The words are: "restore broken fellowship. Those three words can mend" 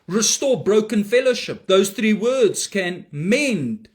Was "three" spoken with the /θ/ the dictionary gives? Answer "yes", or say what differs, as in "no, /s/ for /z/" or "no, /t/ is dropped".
yes